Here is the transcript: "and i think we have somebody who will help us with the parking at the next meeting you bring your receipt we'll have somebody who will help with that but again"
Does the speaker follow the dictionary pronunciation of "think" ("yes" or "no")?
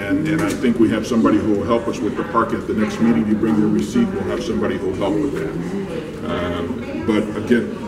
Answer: yes